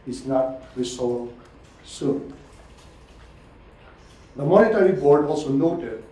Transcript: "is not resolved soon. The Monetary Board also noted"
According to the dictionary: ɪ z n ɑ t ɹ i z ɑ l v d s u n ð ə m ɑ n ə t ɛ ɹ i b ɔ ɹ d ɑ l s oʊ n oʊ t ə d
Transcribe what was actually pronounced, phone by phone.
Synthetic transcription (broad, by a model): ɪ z n ɑ t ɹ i s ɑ s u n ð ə m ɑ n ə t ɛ ɹ i b ɔ ɹ d ɑ l s oʊ n oʊ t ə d